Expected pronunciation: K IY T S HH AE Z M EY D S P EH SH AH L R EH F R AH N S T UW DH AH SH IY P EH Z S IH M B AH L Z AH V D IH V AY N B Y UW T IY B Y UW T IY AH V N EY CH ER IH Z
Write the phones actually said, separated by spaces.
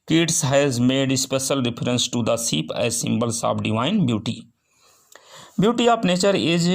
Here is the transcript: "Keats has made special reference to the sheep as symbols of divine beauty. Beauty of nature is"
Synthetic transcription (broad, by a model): K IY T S HH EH Z M EY D S P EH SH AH L R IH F R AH N S T UW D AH S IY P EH S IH M B AH L S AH B D IH V AY N B Y UW T IY B Y UW T IY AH P N EY CH ER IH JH